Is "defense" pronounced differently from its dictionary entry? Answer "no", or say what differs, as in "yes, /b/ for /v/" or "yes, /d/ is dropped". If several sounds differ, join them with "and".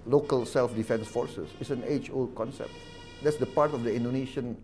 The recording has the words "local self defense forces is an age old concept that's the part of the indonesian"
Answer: no